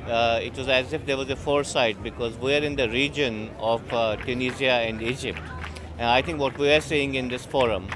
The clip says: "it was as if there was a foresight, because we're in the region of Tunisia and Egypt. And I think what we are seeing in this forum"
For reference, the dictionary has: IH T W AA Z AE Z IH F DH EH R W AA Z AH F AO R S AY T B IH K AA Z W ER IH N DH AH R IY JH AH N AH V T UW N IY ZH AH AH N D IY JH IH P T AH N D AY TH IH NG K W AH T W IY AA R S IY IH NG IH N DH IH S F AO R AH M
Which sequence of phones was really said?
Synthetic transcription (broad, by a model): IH T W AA Z AE Z IH F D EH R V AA Z AH F AO R S AY T B IH K AA Z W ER IH N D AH R IY JH AH N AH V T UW N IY Z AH AH N D IY JH IH P T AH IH T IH NG K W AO T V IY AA R S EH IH NG IH N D IH S F AO R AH M